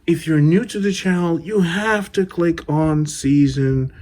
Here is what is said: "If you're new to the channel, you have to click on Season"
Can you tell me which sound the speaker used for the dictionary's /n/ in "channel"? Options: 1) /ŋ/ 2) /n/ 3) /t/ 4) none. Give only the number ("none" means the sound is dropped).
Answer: 4